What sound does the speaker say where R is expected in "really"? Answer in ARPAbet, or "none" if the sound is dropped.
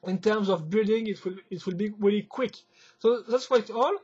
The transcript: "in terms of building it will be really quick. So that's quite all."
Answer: R